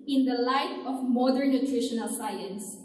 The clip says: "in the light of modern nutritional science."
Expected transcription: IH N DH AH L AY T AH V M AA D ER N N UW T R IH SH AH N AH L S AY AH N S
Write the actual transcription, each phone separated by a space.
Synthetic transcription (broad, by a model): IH N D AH L AY T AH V M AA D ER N N UW T R IH SH AH N AH L S AY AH N S